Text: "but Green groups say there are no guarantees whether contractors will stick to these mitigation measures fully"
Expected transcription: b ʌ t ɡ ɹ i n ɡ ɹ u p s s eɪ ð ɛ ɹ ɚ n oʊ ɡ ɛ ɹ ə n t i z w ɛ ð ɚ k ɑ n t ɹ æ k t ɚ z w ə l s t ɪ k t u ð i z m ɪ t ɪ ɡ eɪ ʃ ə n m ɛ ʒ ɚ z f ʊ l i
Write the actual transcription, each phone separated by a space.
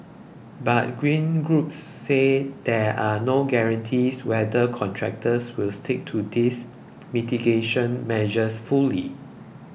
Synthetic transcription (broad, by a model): b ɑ t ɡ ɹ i n ɡ ɹ u p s s eɪ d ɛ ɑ n oʊ ɡ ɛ ɹ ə n t i s w ɛ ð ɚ k ɑ n t ɹ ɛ k t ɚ s w ə l s t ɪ k t u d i s m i t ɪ ɡ eɪ ʃ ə n m ɛ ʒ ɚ s f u l i